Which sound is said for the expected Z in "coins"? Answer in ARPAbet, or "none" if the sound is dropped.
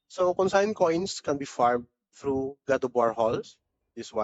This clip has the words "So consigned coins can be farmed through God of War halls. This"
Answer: S